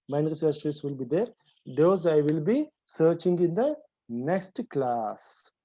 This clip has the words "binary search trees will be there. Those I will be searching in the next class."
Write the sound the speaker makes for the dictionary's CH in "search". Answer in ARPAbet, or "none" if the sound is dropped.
S